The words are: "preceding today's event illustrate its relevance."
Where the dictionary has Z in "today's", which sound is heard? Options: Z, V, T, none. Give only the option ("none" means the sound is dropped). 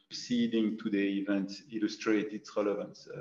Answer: none